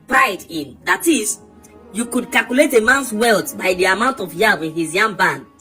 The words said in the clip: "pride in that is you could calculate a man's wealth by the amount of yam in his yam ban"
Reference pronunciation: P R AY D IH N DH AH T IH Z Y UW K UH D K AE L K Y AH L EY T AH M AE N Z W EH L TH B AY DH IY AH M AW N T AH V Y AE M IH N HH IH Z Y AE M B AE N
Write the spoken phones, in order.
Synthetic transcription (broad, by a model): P R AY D IH N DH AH T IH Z Y UW K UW D K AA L K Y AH L EY T AH M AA N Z W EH L T B AY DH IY AH M AW N T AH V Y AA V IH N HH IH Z Y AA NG B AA N